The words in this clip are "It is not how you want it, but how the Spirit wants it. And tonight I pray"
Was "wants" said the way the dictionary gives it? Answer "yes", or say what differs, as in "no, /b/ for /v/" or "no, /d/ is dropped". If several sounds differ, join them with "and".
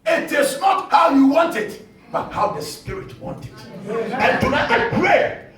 no, /s/ is dropped